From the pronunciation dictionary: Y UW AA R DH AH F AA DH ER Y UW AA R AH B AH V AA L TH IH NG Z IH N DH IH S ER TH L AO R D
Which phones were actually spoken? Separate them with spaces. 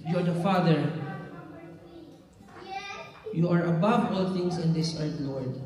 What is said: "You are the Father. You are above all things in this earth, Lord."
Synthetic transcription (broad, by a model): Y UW AA R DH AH F AA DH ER Y UW AA R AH B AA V AA L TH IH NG S IH N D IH S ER T L AO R D